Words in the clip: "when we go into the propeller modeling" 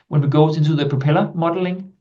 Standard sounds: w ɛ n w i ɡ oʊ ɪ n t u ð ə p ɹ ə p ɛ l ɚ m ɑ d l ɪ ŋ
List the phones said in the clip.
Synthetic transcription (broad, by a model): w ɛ n w i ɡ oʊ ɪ n s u ð ə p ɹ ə p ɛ l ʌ m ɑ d l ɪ ŋ